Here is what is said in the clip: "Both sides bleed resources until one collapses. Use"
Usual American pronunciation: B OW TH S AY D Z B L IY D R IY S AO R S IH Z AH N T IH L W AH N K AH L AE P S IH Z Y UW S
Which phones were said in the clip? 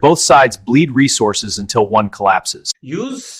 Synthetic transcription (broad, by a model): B OW TH S AY D Z B L IY D R IY S AO R S IH Z AH N T IH L W AH N K AH L AE P S IH Z Y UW